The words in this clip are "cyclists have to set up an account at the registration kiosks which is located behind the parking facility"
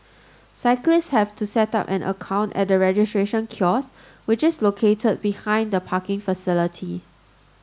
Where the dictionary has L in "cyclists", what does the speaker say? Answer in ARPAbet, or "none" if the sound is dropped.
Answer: L